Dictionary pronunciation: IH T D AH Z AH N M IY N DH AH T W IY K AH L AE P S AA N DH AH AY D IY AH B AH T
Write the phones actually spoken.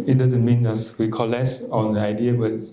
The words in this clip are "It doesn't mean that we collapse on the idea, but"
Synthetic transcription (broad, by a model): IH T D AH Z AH N M IY N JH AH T W IY K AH L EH S AA N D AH AY D IY AH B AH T